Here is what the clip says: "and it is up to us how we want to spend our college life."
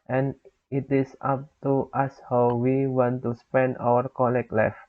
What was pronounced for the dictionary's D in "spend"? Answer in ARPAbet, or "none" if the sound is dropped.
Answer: D